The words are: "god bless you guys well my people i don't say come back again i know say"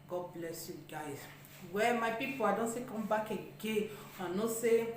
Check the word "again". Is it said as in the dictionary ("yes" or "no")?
no